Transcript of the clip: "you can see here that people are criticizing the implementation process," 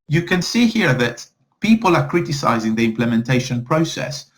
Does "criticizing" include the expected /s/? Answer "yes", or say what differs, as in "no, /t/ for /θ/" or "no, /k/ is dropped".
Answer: yes